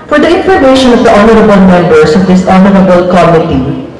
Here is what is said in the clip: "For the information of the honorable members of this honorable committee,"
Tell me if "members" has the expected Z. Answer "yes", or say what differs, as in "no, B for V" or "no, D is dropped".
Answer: no, S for Z